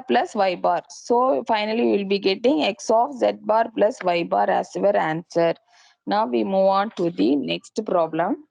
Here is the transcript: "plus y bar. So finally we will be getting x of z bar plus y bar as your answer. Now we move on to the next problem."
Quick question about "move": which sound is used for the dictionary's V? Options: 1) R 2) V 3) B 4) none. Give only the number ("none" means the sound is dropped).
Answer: 2